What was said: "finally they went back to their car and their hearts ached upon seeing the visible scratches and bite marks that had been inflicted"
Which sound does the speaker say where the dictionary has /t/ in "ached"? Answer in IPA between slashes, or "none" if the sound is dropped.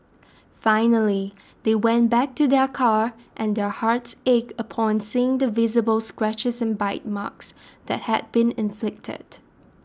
none